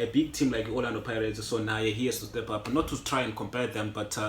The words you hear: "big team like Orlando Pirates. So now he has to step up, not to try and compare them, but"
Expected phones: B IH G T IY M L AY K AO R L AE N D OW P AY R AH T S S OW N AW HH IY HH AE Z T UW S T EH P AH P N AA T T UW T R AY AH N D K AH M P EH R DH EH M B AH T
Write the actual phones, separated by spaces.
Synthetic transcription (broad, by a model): B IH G T IY M L AY K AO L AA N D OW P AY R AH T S S OW N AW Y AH HH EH S T UW S T EH P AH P N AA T T UW T R AY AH N K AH M P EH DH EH M B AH T